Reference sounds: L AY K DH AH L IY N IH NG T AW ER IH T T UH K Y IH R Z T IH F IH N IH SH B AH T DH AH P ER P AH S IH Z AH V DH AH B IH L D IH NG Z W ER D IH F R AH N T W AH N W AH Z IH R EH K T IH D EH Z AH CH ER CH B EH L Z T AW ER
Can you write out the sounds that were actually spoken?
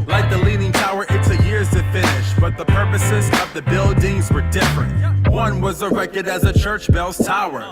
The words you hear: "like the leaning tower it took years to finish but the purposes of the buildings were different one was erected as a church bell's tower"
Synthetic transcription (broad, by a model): L AY K DH AH L IY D IH NG T AW ER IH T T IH Y IH R Z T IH F IH N IH SH B AH T DH AH P ER P AH S IH Z AH V DH AH B IH L D IH NG Z W ER D IH F R AH N T W AH N W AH Z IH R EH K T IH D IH Z AH CH ER CH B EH L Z T AW ER